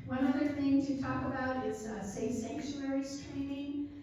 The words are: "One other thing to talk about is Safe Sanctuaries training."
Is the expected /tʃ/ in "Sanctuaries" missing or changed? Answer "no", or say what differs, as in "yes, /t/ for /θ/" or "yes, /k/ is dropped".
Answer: yes, /ʃ/ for /tʃ/